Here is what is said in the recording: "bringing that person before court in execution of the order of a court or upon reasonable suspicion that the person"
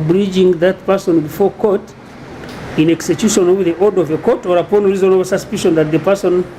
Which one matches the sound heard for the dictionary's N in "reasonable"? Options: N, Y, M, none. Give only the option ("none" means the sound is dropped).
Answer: none